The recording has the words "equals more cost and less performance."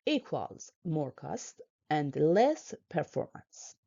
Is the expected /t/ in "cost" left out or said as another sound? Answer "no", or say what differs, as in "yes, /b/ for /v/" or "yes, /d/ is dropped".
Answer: no